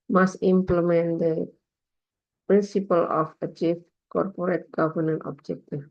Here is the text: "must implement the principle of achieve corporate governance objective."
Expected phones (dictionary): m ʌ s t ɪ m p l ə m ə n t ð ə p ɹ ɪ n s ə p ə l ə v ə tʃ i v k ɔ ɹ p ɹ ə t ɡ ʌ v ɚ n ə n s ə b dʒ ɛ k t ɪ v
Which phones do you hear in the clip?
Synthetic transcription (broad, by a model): m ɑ s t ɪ m p l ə m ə n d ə p ɹ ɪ n s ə p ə l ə f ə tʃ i f k ɔ ɹ p ɹ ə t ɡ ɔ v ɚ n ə n ə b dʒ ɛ k t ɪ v